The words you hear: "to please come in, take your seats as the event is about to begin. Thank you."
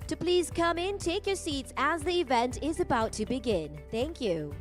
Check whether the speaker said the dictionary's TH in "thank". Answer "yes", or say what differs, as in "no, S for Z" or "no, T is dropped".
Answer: yes